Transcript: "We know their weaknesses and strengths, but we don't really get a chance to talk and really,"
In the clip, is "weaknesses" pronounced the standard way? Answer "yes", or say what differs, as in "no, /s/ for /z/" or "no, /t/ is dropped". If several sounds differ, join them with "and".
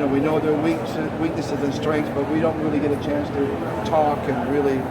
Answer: yes